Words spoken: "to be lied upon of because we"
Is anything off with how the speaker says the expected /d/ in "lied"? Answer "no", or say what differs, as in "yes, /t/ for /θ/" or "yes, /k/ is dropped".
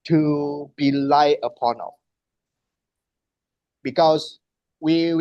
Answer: yes, /d/ is dropped